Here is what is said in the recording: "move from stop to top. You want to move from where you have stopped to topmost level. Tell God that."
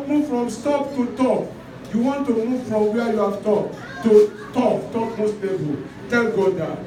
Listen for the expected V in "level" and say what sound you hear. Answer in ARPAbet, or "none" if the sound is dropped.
B